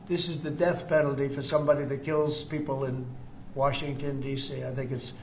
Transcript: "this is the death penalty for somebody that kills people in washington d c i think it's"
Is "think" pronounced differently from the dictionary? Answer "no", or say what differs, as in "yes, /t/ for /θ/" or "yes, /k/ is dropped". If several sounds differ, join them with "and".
no